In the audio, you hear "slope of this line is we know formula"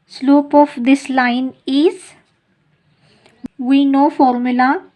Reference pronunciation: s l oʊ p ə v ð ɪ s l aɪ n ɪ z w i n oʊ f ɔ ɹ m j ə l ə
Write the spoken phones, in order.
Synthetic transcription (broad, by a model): s l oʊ p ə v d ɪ s l aɪ n ɪ z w i n oʊ f ɔ ɹ m j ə l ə